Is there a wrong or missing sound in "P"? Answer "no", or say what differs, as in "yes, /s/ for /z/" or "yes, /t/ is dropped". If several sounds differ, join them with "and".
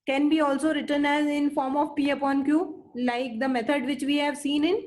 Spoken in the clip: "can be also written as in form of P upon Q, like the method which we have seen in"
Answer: no